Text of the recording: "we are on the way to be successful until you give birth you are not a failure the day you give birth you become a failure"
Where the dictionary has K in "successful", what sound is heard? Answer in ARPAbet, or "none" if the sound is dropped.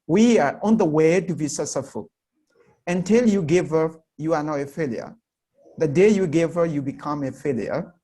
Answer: none